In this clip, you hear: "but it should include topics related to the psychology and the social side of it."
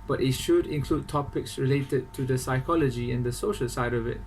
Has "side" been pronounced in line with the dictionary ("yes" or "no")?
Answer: yes